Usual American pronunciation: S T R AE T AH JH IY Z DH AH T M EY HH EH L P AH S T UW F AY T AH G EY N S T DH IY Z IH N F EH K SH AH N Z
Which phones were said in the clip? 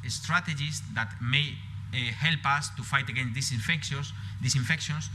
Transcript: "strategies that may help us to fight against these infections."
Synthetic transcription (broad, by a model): S T R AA T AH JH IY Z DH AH T M EY HH EH L P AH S T UW F AY T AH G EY N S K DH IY S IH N F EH K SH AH N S